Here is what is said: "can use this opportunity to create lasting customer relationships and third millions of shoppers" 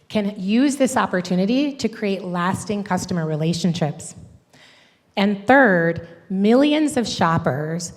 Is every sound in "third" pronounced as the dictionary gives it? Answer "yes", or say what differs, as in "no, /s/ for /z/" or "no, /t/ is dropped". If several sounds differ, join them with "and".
yes